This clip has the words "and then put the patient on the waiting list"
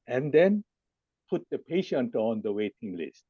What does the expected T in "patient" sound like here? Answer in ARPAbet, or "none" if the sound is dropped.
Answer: T